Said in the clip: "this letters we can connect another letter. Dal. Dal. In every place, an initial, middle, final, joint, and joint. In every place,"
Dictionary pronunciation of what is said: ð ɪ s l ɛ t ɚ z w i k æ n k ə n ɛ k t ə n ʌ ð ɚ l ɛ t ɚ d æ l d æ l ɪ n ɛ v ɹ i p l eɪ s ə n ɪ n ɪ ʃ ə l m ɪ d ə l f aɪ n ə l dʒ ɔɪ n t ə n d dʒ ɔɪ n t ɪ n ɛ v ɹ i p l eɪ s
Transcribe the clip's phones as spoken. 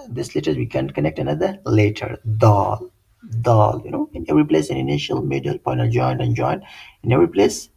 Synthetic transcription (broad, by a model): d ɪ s l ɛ t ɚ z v i k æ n k ə n ɛ k t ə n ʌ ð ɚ l ɛ t ɚ d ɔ l d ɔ l ɪ n ɛ v ɹ i p l eɪ s ə n ɪ n ɪ ʃ ə l m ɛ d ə l p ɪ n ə n dʒ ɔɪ n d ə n dʒ ɔɪ n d ɪ n ɛ v ɹ i p l eɪ s